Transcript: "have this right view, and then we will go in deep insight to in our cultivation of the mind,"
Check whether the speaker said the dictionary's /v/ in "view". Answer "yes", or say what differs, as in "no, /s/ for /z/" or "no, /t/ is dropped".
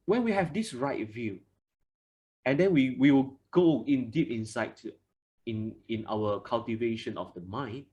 yes